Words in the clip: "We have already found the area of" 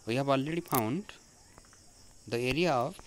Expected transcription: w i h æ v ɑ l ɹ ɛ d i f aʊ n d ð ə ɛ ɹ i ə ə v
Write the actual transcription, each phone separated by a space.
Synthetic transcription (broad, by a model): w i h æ b ɑ l ɹ ɛ d i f aʊ n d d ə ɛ ɹ i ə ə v